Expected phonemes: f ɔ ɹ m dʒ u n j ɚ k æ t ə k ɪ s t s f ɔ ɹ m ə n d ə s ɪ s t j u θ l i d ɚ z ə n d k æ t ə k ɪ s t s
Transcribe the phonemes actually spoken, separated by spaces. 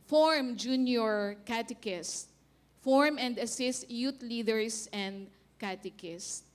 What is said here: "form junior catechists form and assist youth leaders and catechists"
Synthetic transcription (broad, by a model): f ɔ ɹ m dʒ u n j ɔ k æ t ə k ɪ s s f ɔ ɹ m ə n d ə s ɪ s t j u t l i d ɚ s ə n d k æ t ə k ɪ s s